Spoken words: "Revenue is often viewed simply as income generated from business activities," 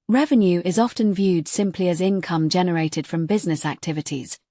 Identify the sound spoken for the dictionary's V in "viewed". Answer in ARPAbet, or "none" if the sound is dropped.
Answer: V